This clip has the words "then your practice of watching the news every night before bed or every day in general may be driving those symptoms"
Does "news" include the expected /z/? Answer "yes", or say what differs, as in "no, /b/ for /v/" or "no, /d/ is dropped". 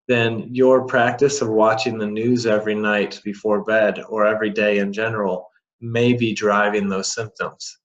yes